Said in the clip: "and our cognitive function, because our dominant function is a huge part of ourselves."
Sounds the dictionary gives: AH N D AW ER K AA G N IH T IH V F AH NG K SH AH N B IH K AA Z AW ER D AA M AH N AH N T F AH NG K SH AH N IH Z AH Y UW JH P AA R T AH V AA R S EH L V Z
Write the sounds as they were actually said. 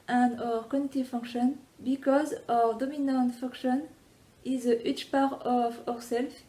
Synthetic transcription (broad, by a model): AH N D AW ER K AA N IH T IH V F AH NG K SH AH N B IH K AA Z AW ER D AA M AH N AH N T F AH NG K SH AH N IH Z AH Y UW CH P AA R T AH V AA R S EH L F